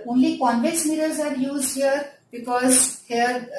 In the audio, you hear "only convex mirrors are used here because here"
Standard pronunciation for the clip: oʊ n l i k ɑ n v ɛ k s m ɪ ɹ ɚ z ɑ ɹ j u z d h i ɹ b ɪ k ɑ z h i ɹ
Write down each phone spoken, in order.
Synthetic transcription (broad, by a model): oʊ n l i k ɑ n b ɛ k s m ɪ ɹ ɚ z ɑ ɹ j u z d h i ɹ b ɪ k ɑ z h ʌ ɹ